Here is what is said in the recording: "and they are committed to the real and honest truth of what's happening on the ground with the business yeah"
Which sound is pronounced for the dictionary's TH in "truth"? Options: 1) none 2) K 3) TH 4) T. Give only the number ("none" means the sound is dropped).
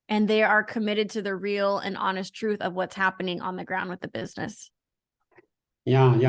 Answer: 3